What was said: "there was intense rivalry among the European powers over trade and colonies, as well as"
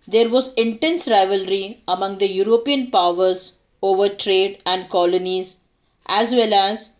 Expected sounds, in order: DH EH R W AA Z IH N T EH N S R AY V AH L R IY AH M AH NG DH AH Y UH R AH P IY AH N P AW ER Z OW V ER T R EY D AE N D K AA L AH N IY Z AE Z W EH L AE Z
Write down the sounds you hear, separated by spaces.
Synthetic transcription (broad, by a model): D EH R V AA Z IH N T EH N S R AY V AH L R IY AH M AH NG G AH Y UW R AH P IY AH N P AW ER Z OW V ER T R EY D AE N D K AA L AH N IY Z AE Z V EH L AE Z